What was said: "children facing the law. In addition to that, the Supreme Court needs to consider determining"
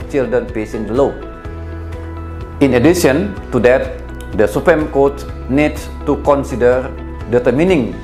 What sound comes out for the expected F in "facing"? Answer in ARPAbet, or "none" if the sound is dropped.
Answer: P